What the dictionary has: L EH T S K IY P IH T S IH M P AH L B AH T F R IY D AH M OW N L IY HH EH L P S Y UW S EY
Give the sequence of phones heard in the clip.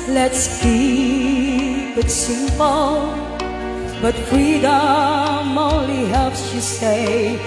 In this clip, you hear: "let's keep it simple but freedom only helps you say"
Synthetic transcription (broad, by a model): L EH T S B IY B IH T S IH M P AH L B AH T F R IY D AH M OW N L IY HH EH L P S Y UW S EY